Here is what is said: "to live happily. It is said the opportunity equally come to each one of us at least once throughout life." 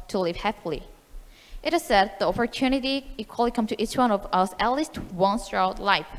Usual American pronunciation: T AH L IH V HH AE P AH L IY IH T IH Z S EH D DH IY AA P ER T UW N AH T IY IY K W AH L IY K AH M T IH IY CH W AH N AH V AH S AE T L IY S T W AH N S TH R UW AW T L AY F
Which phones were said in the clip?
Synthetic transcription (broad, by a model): T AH L IH V HH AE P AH L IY IH T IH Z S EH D DH IY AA P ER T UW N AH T IY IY K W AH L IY K AH M T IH IY CH W AH N AH V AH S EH L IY S T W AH N S T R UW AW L L AY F